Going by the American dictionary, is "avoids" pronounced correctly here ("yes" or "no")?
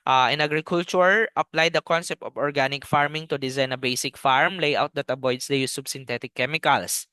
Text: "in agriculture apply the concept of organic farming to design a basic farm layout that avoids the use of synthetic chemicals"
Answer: no